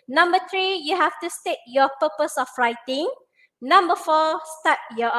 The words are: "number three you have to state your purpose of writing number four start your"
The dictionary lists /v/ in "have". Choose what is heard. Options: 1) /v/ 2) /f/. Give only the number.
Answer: 2